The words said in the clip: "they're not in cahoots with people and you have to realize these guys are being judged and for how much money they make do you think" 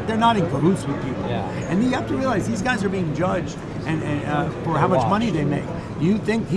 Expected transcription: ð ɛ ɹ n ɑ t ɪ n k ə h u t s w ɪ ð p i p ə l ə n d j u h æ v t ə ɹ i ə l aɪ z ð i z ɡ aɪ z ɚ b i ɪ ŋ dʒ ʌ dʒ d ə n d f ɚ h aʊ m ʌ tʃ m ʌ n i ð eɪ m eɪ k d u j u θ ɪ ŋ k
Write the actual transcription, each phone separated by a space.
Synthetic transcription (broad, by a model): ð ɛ ɹ n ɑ t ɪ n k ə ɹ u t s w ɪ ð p i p l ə n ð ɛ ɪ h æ f t ə ɹ i ə l aɪ z ð i z ɡ aɪ z ɚ b i ɪ ŋ dʒ ʌ dʒ d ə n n f ɚ h aʊ m ʌ tʃ m ʌ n i ð eɪ m eɪ k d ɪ j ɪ θ ɪ ŋ k